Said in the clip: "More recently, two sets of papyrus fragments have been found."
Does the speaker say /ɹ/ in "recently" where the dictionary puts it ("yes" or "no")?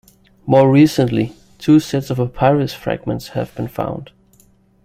yes